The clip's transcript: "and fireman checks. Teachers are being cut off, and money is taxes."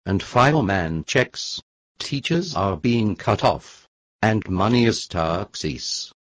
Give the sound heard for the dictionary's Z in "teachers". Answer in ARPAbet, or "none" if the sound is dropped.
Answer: Z